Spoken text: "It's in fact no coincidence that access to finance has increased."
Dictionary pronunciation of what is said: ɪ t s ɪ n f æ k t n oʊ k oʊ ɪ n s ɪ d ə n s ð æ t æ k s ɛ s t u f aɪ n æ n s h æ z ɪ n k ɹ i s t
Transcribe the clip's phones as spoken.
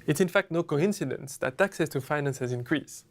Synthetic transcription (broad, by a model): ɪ t s ɪ n f æ k t n oʊ k oʊ ɪ n s ɪ d ə n s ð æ t æ k s ɛ s t u f aɪ n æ n s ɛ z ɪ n k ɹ i s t